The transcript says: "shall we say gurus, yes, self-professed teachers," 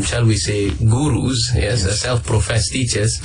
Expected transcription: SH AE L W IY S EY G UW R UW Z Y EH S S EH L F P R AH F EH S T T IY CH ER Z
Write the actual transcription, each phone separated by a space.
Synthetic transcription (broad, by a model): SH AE L W IY S EY G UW R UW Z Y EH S S EH L F P R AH F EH S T T IY CH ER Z